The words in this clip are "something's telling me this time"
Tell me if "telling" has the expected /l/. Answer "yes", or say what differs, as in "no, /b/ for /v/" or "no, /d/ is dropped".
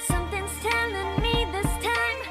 no, /n/ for /l/